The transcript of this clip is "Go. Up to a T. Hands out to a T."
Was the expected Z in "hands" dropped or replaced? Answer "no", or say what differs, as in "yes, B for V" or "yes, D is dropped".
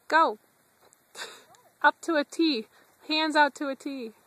no